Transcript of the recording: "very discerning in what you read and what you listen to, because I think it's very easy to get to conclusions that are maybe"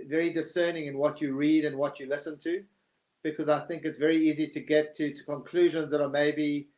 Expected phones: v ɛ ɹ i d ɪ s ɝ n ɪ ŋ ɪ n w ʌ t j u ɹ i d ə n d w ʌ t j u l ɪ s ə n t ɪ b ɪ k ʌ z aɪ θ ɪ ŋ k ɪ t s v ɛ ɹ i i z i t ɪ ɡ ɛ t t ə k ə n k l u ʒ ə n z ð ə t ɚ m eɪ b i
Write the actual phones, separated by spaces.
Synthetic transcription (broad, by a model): v ɛ ɹ i d ɪ s ɝ n ɪ ŋ ɪ n w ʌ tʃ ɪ ɹ i d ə n w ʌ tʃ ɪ l ɪ s ə n t ɪ b ɪ k ʌ z aɪ θ ɪ ŋ k ɪ t s v ɛ ɹ i i z i t ɪ ɡ ɛ t t ə k ə n k l u ʒ ə n z ð ə t ɚ m eɪ b i